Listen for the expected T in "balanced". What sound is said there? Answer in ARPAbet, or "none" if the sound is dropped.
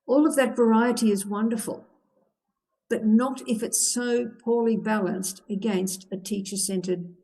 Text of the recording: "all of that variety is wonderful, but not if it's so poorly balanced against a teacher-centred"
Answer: T